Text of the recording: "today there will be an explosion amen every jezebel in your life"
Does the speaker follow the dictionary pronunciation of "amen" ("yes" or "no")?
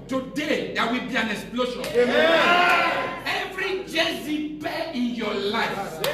no